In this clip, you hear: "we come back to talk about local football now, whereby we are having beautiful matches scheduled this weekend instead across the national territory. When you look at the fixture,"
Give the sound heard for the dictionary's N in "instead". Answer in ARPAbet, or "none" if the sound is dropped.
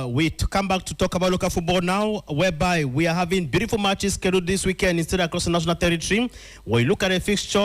N